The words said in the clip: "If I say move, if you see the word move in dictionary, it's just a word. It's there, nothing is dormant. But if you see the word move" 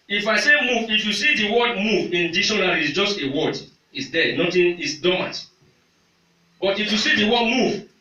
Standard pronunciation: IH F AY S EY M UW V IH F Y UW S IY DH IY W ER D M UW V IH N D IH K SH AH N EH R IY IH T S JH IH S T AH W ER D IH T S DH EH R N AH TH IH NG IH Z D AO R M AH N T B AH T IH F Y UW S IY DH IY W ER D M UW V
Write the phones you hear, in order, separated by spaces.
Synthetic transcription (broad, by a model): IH F AY S EY M UW V IH F Y UW S IY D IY W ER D M UW V IH N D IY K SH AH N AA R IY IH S JH IH S T AH W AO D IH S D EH N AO T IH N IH S D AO M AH T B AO T IH F Y UW S IY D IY W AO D M UW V